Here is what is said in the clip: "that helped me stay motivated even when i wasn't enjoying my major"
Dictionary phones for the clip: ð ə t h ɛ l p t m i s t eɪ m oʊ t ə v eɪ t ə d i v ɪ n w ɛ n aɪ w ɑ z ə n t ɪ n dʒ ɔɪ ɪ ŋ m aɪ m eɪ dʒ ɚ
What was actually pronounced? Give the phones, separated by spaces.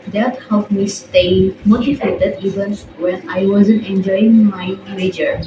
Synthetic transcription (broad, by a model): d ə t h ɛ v m i s t eɪ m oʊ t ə f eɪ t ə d i v ɪ n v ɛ n aɪ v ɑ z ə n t ɪ n dʒ ɔɪ ɪ ŋ m aɪ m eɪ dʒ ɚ